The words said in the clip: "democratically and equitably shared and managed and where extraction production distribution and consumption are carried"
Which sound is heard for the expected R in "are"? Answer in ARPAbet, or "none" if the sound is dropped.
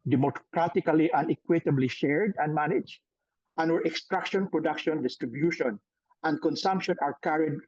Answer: R